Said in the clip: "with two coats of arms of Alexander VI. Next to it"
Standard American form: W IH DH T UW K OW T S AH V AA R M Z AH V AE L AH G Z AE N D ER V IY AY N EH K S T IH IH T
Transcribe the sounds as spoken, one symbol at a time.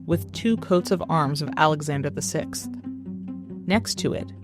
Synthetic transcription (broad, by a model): W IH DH T UW K OW T S AH V AA R M Z AH V AE L AH G Z AE N D ER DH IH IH N EH K S T IH IH T